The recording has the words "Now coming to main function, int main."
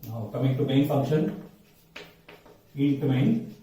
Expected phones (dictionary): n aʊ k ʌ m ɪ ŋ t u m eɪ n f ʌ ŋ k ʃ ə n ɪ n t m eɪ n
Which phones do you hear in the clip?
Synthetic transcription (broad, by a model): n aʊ k ʌ m ɪ ŋ t u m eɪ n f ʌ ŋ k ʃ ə n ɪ t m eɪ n